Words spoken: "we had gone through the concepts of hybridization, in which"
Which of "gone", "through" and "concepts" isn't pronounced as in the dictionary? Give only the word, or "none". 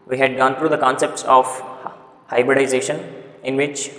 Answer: through